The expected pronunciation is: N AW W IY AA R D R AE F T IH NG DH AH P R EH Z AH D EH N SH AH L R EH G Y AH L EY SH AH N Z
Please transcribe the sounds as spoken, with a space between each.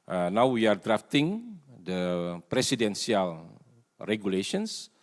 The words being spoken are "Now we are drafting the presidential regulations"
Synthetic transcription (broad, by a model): N AW W IY AA R D R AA F T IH NG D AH P R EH S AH D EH N S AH L R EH G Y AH L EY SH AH N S